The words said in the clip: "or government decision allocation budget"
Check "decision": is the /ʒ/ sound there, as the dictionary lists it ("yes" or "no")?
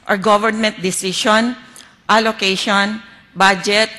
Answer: no